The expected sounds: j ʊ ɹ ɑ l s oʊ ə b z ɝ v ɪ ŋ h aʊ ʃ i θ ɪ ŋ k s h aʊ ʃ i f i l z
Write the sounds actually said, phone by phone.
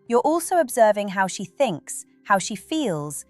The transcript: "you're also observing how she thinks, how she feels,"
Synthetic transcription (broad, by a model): j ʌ ɹ ɑ l s oʊ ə b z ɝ v ɪ ŋ h aʊ ʃ i θ ɪ ŋ k s h aʊ ʃ i f i l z